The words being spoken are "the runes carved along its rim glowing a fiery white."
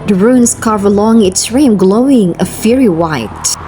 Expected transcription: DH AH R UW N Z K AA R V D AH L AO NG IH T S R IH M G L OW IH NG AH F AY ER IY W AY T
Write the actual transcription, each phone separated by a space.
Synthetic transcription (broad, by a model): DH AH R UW N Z K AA R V AH L AO NG IH T S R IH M G L OW IH NG AH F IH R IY W AY T